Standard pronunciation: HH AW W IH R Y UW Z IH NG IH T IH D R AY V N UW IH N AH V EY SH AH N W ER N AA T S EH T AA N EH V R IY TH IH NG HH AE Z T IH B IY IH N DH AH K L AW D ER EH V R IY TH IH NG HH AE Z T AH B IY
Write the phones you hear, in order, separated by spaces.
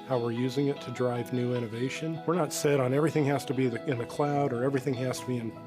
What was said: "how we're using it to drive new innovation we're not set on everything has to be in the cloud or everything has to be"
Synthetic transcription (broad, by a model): HH AW W IH R Y UW Z IH NG IH T IH D R AY V N UW IH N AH V EY SH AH N W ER N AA T S EH T N EH V R IY TH IH NG HH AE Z T IH B IY IH N DH AH K L AW D ER EH V R IY TH IH NG HH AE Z T AH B IY